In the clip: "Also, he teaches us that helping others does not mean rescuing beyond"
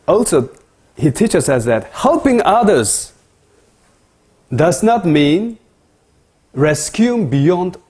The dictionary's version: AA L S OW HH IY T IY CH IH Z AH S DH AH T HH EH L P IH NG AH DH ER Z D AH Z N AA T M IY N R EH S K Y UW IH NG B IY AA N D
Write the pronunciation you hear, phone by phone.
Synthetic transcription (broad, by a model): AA L S OW HH IY T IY CH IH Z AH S DH AH T HH EH L P IH NG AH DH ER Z D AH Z N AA T M IY N R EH S K Y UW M B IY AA N D